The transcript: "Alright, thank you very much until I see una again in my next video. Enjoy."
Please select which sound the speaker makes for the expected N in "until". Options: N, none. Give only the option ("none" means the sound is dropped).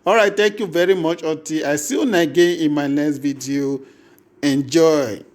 none